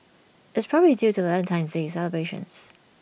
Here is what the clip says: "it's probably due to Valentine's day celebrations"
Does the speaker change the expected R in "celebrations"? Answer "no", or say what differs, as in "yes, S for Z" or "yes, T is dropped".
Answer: yes, R is dropped